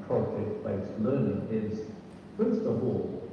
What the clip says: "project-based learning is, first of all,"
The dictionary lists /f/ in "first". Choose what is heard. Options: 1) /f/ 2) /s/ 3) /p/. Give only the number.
3